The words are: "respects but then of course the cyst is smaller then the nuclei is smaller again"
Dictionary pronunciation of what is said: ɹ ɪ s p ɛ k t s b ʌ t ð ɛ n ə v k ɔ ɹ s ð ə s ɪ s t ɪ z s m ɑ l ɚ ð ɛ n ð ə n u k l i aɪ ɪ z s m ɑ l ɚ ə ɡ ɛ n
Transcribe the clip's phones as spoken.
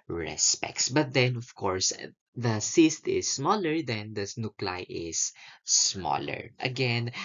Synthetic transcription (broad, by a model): ɹ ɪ s p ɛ k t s b ʌ t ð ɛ n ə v k ɔ ɹ s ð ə s ɪ s t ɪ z s m ɑ l ɚ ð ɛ n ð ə n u k l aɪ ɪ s m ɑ l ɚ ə ɡ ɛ n